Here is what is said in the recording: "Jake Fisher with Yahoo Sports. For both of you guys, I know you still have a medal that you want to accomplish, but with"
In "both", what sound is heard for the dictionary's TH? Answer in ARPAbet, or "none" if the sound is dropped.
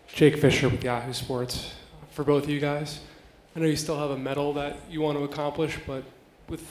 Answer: TH